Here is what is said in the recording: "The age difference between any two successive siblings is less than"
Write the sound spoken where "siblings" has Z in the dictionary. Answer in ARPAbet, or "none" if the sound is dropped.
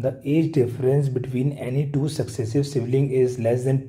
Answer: none